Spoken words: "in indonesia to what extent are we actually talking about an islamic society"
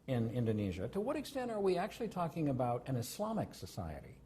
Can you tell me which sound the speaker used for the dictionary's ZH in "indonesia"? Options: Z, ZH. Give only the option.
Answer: ZH